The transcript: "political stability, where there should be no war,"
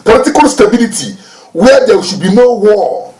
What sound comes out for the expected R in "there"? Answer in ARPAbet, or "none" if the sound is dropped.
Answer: W